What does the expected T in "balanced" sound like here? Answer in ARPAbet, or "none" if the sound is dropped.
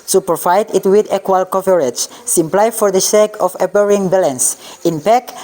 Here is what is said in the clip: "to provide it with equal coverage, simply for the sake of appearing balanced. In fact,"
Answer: none